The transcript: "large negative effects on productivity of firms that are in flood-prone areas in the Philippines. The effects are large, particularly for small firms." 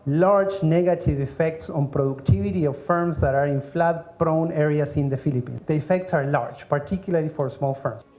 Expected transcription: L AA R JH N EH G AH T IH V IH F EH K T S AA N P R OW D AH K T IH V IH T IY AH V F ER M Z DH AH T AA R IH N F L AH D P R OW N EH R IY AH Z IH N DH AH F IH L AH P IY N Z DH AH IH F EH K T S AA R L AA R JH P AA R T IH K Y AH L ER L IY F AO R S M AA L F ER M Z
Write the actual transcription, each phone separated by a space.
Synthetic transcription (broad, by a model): L AA R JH N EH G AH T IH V IH F EH K T S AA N P R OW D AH K T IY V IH T IY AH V F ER M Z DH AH T AA R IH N F L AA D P R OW N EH R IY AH S IH N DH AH F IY L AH P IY N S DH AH F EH K T S AA R L AA R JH P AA R T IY K Y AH L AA L IY F AO R S M AA L F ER M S